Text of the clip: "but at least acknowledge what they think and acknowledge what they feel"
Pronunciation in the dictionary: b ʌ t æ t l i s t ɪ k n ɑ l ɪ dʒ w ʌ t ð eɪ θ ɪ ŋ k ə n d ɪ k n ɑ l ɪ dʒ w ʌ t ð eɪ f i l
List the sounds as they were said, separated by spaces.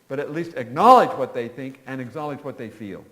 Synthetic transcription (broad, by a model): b ʌ t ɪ t l i s t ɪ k n ɑ l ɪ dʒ w ʌ t ð eɪ θ ɪ ŋ k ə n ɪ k n ɑ l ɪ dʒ w ʌ t ð eɪ f i l